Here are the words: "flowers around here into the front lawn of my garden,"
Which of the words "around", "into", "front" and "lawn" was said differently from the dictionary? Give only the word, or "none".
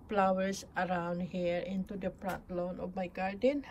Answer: front